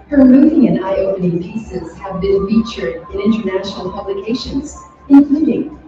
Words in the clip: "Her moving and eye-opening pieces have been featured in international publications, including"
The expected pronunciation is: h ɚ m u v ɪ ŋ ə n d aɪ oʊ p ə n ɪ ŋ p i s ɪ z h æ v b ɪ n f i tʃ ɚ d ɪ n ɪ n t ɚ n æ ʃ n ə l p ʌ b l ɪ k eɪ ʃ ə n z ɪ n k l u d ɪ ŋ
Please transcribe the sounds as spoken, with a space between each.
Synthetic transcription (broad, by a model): h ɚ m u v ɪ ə n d aɪ oʊ p ə n ɪ ŋ p i s ɪ z h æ v b ɪ n f i tʃ ɚ d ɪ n ɪ n t ɚ n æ ʃ n l p ʌ b l ɪ k eɪ ʃ ə n z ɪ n k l u d ɪ ŋ